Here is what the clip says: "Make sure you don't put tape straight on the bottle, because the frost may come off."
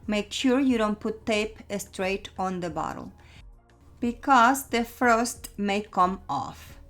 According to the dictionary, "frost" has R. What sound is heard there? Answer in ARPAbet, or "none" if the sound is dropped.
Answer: none